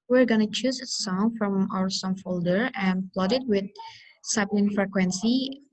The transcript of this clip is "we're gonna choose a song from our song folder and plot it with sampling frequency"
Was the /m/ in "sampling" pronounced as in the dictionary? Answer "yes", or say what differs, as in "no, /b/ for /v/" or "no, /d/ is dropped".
no, /m/ is dropped